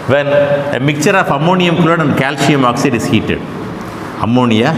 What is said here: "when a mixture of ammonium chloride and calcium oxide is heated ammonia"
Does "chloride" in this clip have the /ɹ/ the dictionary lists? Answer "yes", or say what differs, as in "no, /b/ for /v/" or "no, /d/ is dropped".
no, /l/ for /ɹ/